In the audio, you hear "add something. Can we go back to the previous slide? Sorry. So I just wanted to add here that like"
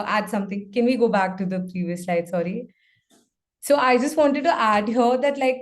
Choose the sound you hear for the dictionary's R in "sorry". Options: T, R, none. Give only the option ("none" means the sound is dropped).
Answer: R